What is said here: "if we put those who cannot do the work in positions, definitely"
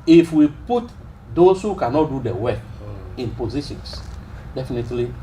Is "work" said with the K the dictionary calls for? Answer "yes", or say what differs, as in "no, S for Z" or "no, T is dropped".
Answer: no, K is dropped